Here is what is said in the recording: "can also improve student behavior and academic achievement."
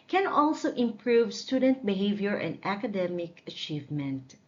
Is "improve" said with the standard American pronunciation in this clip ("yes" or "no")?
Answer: yes